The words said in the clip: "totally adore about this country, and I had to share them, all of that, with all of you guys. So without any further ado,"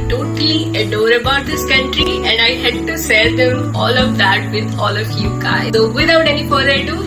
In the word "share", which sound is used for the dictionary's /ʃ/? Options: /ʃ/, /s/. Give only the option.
/s/